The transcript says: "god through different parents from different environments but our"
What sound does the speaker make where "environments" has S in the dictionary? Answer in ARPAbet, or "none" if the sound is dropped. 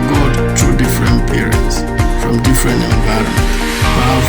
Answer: none